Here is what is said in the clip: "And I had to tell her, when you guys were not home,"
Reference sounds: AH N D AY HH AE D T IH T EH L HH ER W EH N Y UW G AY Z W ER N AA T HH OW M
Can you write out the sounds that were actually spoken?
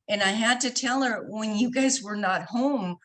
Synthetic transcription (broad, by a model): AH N AY HH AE D T IH T EH L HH ER W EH N Y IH G AY Z W ER N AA T HH OW M